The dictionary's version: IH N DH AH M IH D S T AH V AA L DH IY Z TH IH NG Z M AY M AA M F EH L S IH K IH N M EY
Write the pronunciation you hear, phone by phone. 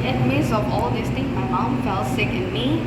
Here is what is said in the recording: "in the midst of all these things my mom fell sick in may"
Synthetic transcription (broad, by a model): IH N M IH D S AH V AA L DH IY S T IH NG M AY M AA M F EH L S IH K IH N M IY